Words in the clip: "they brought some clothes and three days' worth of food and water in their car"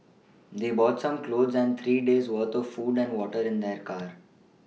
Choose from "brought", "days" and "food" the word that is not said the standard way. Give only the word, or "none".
brought